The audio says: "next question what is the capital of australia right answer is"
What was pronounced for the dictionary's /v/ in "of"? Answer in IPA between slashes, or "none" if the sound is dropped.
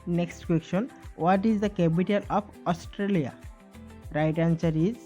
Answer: /p/